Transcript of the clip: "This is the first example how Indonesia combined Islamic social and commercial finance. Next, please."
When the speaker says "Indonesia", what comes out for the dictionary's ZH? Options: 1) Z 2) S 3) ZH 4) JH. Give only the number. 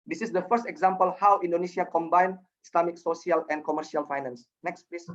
2